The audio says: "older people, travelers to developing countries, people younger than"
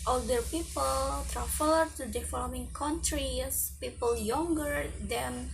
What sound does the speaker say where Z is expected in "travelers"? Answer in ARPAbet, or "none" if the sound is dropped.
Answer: none